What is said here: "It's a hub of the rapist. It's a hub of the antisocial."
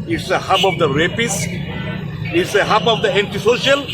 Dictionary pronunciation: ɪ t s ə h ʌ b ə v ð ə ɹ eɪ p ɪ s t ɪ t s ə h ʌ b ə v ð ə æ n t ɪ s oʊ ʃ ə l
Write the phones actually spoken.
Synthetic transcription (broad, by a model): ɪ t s ə h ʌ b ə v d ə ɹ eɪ p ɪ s ɪ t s ə h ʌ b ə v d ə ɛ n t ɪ s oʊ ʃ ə l